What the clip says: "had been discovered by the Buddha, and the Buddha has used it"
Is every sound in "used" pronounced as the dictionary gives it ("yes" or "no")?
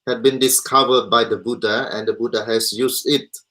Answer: no